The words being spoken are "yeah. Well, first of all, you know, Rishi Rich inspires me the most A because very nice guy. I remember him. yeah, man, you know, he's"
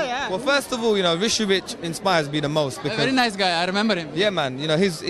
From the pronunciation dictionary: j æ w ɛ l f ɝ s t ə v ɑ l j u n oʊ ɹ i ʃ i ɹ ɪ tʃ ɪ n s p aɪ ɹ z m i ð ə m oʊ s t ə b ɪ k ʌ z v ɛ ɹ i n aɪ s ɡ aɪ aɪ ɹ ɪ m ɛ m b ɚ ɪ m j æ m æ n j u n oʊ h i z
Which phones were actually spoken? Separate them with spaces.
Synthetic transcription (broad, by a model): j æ w ɛ l f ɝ s t ə v ɑ l j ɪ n oʊ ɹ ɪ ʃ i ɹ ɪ tʃ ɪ n s p aɪ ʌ z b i ð ə m oʊ s t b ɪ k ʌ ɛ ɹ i n aɪ s ɡ aɪ aɪ ɹ ɪ m ɛ m b ɚ ɪ m j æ m æ n j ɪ n oʊ h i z